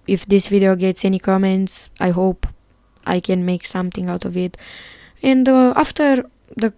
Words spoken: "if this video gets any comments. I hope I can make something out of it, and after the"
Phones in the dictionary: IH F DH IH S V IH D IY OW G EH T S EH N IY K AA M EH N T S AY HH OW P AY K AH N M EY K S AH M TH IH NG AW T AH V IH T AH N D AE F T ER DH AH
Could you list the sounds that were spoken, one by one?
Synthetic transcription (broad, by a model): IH F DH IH S V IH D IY OW G EH T S EH N IY K AA M EH N T S AY HH OW P AY K AH N M EY K S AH M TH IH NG AW T AH V IH T AH N D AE F T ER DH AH